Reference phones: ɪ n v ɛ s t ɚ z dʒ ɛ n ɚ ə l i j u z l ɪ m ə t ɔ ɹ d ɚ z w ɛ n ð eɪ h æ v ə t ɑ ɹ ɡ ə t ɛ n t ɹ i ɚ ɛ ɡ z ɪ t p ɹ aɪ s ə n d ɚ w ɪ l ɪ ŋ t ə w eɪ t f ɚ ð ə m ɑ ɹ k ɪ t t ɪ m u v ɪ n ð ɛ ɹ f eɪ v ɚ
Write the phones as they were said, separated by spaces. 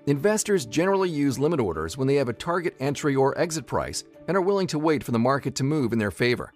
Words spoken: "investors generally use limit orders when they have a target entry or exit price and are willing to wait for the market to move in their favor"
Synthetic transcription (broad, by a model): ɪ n v ɛ s t ɚ z dʒ ɛ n ɚ l i j u z l ɪ m ə t ɔ ɹ d ɚ z w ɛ n ð eɪ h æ v ə t ɑ ɹ ɡ ə t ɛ n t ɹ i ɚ ɛ ɡ z ɪ t p ɹ aɪ s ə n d ɚ w ɪ l ɪ ŋ t ə w eɪ t f ɚ ð ə m ɑ ɹ k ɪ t t ɪ m u v ɪ n ð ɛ ɹ f eɪ v ɚ